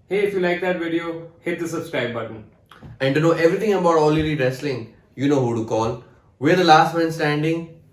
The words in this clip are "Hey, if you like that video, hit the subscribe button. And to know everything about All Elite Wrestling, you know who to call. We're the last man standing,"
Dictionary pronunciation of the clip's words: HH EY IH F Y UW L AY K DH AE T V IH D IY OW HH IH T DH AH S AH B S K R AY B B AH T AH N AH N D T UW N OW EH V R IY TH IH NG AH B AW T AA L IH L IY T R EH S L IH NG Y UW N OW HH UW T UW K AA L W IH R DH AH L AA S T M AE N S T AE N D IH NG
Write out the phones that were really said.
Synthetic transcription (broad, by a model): HH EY IH F Y UW L AY K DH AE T V IH D IY OW HH IH T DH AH S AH S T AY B B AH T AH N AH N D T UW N OW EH V R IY T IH NG AH B AW T AA L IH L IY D R EH S L IH NG Y UW N OW HH UW T UW K AA L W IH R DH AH L AA S T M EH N S T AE N D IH NG